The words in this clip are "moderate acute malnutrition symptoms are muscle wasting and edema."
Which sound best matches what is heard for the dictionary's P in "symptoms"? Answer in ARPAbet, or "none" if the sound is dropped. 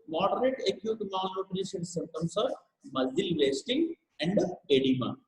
none